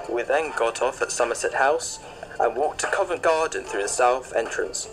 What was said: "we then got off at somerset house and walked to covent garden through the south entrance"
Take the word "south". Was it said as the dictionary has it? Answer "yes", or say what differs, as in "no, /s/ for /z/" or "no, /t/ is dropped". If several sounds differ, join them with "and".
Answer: yes